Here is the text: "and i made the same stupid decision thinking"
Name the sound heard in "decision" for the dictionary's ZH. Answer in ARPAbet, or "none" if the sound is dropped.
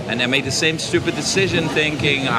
ZH